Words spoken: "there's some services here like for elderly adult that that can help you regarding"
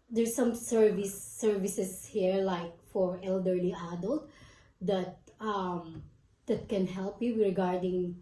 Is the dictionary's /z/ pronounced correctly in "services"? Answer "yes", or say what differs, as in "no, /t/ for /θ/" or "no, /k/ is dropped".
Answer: no, /s/ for /z/